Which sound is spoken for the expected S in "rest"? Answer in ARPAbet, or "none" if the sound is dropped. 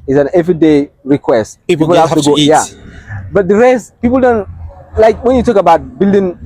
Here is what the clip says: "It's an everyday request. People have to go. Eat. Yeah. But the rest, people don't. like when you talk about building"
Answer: S